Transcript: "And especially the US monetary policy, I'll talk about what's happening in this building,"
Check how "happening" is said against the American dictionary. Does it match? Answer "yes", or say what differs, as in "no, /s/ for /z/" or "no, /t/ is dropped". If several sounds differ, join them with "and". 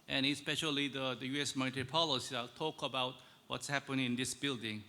no, /n/ is dropped